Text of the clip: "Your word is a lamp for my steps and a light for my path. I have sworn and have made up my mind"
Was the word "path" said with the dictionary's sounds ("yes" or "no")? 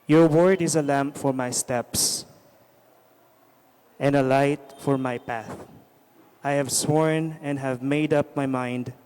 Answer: yes